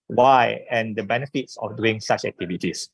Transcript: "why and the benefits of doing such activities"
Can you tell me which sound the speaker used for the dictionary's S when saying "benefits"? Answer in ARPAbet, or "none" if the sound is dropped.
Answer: S